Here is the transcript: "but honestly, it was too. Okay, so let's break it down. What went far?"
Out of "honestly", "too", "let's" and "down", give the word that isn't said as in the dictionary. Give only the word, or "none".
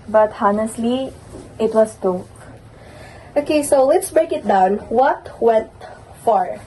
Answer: none